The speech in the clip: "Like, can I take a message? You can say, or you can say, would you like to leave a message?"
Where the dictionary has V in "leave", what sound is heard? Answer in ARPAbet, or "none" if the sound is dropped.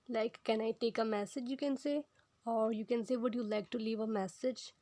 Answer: V